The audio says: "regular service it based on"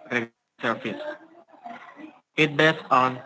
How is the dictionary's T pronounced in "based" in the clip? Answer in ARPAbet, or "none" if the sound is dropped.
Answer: none